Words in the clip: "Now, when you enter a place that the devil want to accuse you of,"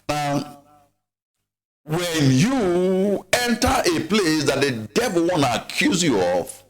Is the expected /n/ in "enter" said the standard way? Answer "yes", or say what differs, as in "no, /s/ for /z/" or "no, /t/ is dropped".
yes